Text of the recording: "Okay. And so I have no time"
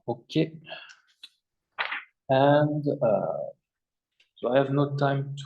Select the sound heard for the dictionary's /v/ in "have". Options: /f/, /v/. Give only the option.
/v/